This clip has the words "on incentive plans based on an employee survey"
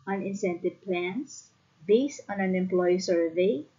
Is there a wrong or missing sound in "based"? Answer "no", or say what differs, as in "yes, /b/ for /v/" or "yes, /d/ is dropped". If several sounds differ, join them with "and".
yes, /t/ is dropped